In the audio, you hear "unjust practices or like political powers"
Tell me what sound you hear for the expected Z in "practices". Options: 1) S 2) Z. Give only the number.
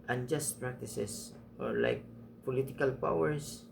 1